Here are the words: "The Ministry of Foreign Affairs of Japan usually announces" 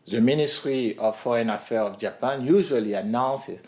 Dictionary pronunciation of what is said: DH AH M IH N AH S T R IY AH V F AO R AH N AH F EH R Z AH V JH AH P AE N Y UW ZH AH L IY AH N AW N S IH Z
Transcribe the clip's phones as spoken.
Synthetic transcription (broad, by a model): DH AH M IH N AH S T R IY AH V F AO R AH N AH F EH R AH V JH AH P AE N Y UW ZH AH L IY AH N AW N S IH